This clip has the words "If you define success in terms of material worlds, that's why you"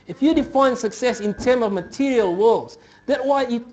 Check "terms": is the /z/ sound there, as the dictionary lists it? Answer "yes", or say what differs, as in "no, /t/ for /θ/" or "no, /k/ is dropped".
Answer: no, /z/ is dropped